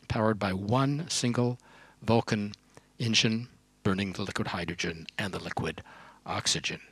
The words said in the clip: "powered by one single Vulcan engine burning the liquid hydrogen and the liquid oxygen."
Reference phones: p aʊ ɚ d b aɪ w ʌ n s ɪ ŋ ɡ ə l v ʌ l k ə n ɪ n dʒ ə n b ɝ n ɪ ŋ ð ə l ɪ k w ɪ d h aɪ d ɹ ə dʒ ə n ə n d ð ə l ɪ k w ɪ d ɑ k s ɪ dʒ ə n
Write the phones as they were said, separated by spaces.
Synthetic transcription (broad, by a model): p aʊ ɚ d b aɪ w ʌ n s ɪ ŋ ɡ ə l v ʌ l k ə n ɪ n ʃ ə n b ɝ n ɪ ŋ ð ə l ɪ k w ɪ d h aɪ d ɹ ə dʒ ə n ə n ð ə l ɪ k w ɪ d ɑ k s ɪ dʒ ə n